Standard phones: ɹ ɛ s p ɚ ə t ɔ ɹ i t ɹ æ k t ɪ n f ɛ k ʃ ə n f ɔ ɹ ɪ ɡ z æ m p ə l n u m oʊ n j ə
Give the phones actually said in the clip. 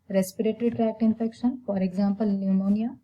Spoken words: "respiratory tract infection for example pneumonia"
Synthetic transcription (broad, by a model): ɹ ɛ s p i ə t ɹ i t ɹ æ k t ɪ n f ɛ k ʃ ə n f ɔ ɹ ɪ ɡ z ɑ m p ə l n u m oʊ n j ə